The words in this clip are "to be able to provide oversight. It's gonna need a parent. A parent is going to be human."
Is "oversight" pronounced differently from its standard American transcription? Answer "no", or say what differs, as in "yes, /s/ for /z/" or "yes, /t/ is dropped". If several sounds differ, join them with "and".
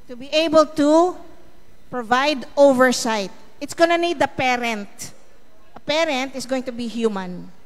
no